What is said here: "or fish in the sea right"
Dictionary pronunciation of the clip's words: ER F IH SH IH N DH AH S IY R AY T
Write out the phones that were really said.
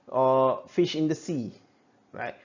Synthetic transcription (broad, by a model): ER F IH SH IH N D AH S IY R AY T